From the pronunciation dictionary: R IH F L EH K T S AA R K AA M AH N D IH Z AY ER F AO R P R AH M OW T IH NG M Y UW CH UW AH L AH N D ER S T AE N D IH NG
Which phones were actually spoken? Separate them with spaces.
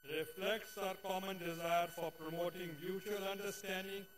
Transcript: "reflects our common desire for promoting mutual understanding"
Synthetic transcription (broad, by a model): R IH F L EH K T S AA R K AA M AH N D IH Z AY ER F AO R P R AH M OW T IH NG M Y UW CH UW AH L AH N D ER S T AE N D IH NG